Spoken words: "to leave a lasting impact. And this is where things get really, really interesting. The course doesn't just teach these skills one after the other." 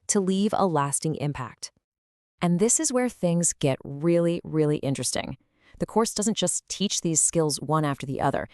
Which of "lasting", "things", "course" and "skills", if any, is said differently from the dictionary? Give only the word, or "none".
none